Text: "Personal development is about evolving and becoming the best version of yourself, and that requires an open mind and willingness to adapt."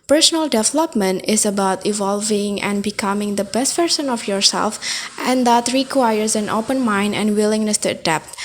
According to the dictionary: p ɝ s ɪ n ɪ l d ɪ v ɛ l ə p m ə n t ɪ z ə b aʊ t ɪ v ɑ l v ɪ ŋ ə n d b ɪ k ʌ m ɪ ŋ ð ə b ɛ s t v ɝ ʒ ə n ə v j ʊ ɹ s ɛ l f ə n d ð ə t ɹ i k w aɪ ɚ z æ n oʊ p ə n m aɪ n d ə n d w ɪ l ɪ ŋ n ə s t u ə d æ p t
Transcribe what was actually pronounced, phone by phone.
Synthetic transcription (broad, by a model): p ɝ s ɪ n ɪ l d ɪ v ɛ l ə p m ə n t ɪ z ə b aʊ t ɪ v ɑ l v ɪ ŋ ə n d b ɪ k ʌ m ɪ ŋ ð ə b ɛ s t p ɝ s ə n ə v j ʊ ɹ s ɛ l f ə n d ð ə t ɹ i k w aɪ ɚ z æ n oʊ p ə n m aɪ n d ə n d w ɪ l ɪ ŋ n ə s t u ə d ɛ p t